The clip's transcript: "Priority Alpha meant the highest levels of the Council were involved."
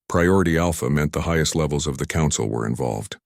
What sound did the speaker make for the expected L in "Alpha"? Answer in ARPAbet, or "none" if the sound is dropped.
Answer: L